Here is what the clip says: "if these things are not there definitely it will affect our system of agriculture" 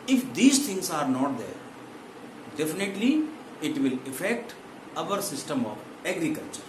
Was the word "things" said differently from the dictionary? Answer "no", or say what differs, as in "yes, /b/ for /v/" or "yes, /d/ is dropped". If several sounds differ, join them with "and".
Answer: yes, /t/ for /θ/